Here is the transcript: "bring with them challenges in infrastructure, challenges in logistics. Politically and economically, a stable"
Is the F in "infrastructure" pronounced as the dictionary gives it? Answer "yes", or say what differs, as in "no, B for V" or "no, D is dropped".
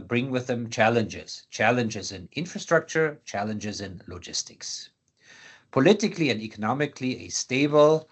yes